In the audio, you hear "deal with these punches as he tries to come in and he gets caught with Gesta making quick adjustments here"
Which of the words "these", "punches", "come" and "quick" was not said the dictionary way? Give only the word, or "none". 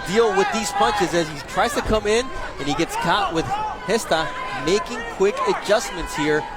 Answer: none